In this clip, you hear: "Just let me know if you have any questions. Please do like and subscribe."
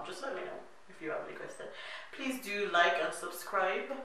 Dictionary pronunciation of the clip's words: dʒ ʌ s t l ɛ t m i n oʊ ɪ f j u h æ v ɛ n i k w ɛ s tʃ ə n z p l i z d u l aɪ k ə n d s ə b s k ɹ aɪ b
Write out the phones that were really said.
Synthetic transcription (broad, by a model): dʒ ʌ s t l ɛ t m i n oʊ ɪ f j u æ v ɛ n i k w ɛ s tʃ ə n p l i z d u l aɪ k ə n s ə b s k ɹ aɪ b